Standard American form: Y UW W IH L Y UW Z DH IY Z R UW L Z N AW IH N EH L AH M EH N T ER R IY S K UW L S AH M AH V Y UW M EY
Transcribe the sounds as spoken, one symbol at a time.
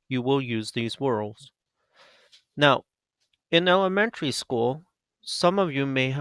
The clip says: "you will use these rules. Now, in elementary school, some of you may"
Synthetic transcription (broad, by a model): Y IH W IH L Y UW Z DH IY Z W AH L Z N AW IH N EH L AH M EH N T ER R IY S K UW L S AH M AH V Y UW M EY